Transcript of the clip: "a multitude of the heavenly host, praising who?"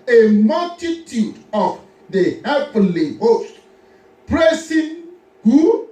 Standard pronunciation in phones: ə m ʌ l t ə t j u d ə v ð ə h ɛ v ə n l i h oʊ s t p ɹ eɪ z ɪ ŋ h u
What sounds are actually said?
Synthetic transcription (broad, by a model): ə m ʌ l t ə t j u d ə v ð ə h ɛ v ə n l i h oʊ s t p ɹ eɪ s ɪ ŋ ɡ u